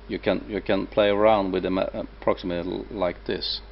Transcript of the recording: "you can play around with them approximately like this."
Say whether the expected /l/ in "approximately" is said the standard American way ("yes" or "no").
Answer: no